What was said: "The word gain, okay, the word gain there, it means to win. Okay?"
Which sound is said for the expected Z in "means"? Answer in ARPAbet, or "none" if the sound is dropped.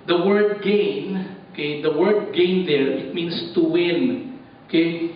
S